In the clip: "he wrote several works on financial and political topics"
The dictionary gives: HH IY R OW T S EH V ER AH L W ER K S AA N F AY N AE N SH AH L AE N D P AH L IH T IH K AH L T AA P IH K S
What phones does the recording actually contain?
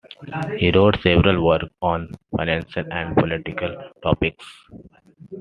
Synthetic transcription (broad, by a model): HH IY R OW T S EH V ER AH L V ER K AA N F AY N AE N SH AH L AE N D P AH L IH T IH K AH L T AA P IH K S